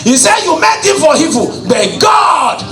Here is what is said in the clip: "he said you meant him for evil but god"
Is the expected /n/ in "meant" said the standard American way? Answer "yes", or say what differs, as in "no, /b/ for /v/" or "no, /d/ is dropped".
no, /n/ is dropped